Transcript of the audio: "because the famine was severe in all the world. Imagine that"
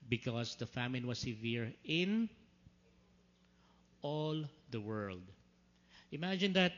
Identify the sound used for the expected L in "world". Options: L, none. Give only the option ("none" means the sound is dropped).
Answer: L